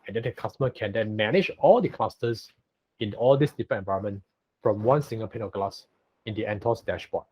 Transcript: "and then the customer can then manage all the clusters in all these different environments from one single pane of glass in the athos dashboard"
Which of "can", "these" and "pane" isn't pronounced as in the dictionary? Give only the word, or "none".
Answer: these